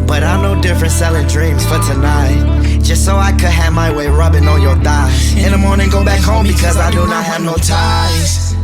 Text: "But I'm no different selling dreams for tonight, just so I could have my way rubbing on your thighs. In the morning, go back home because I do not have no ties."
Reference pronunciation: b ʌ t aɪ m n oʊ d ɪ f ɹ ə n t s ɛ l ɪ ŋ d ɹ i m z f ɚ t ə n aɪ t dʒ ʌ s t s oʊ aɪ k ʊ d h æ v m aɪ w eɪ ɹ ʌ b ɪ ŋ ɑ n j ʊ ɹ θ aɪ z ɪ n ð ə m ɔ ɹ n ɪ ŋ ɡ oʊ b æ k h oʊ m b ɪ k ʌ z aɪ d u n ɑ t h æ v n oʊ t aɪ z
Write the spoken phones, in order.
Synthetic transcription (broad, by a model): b ʌ t aɪ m n oʊ d ɪ f ɹ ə n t s ɛ l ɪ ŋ d ɹ i m z f ɚ t ə n aɪ t dʒ ʌ s t s oʊ aɪ k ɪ d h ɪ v m aɪ w eɪ ɹ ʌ b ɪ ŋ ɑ l j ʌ ɹ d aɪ ɪ n ð ə m ɔ ɹ n ɪ ŋ ɡ oʊ b æ k h oʊ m b ɪ k ʌ z aɪ d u n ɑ t h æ v n oʊ t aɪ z